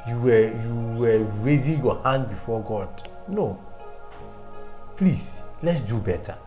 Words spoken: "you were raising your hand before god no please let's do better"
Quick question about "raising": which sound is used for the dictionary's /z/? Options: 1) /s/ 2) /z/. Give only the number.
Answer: 2